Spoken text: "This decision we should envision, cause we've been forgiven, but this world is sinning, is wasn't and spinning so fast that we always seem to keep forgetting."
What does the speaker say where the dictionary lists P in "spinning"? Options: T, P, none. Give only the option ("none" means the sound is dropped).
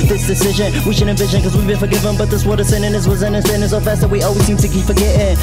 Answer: none